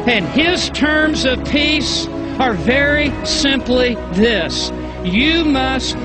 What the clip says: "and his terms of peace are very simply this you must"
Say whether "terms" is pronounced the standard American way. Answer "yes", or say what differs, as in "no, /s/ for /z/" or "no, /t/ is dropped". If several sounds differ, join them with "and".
yes